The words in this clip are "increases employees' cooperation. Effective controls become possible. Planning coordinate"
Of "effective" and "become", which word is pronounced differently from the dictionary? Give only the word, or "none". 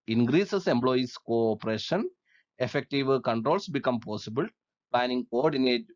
none